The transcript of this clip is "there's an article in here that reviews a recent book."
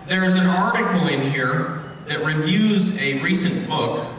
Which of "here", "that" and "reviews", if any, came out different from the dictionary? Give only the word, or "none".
none